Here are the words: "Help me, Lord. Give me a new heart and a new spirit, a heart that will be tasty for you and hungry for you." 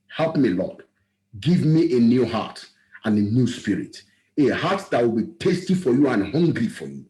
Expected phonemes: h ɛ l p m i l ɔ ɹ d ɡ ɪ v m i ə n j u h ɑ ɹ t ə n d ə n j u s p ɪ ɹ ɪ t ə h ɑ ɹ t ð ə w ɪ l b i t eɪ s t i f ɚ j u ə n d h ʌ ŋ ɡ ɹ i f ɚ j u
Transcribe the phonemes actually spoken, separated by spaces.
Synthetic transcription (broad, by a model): h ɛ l p m i l ɔ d ɡ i v m i ə n j u h ɑ t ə n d ə n j u s p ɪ ɹ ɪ t ə h ɑ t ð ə w ɪ l b i t eɪ s t i f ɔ j u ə n h ʌ ŋ ɡ ɹ i f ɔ j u